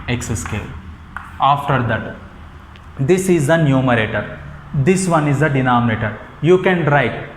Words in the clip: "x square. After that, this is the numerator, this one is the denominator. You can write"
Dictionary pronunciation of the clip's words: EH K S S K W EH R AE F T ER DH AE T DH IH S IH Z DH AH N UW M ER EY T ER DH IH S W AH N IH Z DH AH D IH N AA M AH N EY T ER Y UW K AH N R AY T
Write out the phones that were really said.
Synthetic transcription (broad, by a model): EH K S S K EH L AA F T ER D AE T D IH S IH Z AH N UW M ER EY T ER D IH S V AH N IH Z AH D IH N AA M AH N EY T ER Y UW K AH N R AY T